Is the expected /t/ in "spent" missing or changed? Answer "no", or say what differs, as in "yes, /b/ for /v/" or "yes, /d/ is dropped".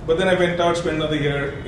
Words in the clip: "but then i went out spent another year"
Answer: yes, /t/ is dropped